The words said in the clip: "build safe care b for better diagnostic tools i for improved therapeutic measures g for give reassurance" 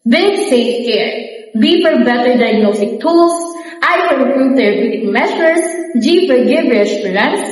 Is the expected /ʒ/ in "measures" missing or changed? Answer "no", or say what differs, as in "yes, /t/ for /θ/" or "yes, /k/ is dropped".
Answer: yes, /s/ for /ʒ/